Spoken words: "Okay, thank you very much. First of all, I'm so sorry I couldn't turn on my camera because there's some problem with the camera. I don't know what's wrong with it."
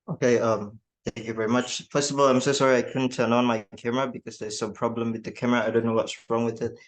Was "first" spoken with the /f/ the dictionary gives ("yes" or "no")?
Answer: no